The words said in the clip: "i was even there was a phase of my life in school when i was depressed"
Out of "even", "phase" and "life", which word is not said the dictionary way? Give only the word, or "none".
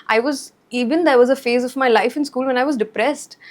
none